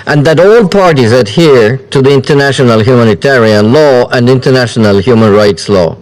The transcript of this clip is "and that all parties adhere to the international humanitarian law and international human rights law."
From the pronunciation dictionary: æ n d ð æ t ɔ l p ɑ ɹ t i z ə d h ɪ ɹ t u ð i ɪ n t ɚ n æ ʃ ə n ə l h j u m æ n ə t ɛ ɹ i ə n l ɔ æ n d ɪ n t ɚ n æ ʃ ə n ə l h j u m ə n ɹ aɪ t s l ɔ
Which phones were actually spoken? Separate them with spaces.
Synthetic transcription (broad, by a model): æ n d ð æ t ɔ l p ɑ ɹ t i z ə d h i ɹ t u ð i ɪ n t ɚ n æ ʃ ə n ə l h j u m æ n ə t ɛ ɹ i ə n l ɔ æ n d ɪ n t ɚ n æ ʃ ə n ə l h j u m ə n ɹ aɪ t s l ɔ